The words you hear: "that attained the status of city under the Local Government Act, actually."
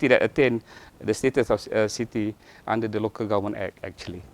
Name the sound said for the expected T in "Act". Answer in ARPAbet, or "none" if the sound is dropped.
none